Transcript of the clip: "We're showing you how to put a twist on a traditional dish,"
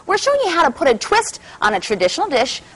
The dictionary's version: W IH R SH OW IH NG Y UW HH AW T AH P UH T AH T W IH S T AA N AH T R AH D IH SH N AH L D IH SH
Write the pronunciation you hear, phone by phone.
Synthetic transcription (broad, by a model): W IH R SH OW IH NG Y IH HH AW T AH P UH T AH T W IH S T N AH T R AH D IH SH N L D IH SH